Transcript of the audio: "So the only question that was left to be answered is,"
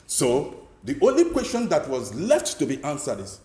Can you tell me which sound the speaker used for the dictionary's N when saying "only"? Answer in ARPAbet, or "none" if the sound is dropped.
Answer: N